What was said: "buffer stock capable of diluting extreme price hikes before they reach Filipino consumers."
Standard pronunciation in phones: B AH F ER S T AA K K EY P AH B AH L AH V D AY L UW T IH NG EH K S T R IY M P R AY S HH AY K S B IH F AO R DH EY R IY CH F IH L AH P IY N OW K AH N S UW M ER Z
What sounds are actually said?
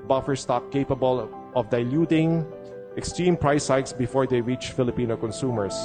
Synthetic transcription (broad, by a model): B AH F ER S T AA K K EY P AH B AH L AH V D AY L UW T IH NG EH K S T R IY M P R AY S AY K S B IH F AO R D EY R IY CH F IH L AH P IY N OW K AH N S UW M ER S